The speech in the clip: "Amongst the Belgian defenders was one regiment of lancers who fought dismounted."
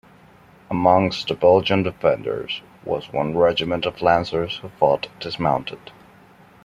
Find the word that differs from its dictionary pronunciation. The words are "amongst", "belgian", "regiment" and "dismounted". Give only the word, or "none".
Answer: none